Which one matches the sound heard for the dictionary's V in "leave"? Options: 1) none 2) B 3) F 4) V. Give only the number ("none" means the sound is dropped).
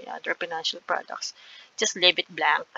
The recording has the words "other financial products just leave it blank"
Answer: 2